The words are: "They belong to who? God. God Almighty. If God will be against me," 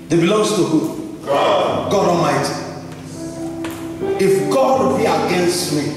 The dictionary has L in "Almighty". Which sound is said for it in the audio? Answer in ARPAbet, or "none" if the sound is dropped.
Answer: none